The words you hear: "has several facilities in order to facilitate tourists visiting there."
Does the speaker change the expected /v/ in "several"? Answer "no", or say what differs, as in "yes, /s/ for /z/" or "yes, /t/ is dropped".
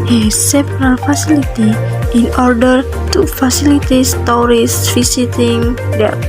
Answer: yes, /p/ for /v/